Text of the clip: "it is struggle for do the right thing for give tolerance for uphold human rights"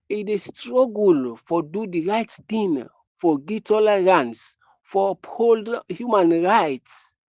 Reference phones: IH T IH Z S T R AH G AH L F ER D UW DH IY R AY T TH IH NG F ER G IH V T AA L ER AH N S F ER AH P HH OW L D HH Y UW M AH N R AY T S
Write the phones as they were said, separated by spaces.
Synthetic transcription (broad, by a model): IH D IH S T R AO G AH L F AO D UW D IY R AY T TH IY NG F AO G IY T AA L ER AH N S F AH P HH OW L D HH Y UW M AH N R AY T S